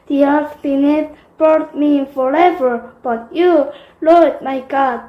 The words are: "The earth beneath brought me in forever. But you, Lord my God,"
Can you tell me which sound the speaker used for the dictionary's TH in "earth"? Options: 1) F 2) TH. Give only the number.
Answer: 1